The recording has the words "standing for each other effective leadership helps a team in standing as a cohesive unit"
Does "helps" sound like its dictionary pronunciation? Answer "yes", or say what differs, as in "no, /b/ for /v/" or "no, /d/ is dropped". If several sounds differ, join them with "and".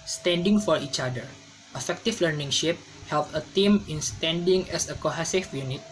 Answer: no, /s/ is dropped